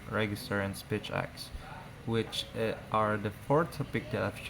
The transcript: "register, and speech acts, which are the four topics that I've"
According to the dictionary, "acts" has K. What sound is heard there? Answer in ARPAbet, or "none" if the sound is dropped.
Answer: K